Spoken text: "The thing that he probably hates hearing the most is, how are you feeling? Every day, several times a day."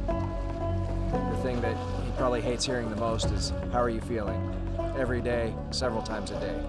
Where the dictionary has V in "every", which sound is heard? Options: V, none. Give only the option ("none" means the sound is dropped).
V